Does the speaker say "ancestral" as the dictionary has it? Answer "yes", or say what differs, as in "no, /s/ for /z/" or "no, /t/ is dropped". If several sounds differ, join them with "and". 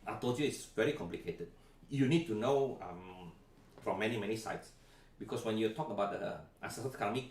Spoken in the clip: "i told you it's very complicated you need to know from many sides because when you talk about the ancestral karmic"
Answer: no, /n/ is dropped